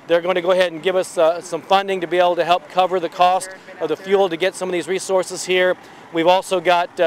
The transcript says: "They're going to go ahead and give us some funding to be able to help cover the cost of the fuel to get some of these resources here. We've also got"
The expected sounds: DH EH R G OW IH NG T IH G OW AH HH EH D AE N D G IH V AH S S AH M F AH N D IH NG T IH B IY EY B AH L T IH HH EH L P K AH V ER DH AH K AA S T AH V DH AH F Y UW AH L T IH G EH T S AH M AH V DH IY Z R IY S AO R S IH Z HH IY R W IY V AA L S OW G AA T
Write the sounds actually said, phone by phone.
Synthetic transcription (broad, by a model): DH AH R G OW IH NG T IH G OW AH HH EH D N G IH V AH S S AH M F AH N D IH NG T IH B IY EY B L T IH HH EH L P K AH V ER DH AH K AA S T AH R DH AH F Y UW L T IH G EH T S AH M AH V DH IY Z R IY S AO R S IH Z HH IY R W IY V AA L S OW G AA T